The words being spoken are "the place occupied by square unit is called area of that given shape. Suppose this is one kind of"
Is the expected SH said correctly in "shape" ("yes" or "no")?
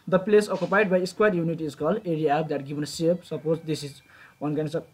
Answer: no